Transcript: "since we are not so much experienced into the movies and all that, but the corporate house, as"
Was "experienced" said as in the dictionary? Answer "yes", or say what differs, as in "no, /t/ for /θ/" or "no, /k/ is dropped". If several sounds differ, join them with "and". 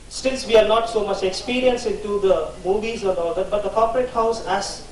no, /t/ is dropped